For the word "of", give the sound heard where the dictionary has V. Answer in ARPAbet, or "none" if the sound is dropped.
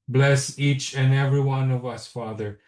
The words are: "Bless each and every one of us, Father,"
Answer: V